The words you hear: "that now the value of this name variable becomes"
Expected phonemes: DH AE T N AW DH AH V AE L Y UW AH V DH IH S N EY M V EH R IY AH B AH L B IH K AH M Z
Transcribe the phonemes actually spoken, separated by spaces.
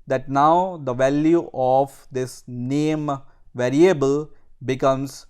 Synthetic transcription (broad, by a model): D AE T N AW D AH V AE L Y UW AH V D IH S N EY M V EH R IY AH B AH L B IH K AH M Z